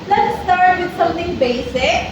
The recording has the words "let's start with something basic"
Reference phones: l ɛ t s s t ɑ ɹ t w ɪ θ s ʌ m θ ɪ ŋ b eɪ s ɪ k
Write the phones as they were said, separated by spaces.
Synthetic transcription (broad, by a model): l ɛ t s s t ɑ ɹ t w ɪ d s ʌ m t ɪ ŋ b eɪ s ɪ k